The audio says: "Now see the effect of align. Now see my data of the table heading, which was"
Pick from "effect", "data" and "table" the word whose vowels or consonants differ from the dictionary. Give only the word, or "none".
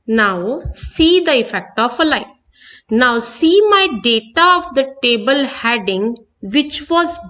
none